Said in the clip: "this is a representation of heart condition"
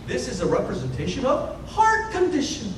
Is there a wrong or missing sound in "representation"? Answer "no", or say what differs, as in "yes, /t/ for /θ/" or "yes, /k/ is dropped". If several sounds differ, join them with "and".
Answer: no